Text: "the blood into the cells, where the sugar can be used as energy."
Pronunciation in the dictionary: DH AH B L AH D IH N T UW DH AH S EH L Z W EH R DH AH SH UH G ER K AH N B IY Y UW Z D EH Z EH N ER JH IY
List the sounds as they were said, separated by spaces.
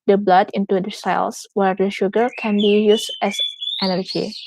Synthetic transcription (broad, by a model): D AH B L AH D IH N T UW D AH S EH L S W EH R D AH SH UH G ER K AH N B IY Y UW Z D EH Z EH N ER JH IY